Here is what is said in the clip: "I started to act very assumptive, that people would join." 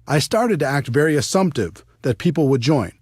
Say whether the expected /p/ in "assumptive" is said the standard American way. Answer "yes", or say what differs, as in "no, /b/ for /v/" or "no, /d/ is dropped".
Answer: yes